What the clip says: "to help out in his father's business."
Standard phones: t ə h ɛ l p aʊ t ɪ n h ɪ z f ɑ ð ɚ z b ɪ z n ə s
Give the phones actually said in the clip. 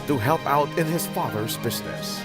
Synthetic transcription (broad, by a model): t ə h ɛ l p aʊ t ɪ n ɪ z f ɑ ð ɚ z b ɪ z n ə s